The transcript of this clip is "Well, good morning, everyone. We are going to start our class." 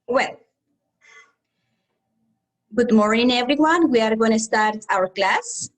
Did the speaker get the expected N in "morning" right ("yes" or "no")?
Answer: no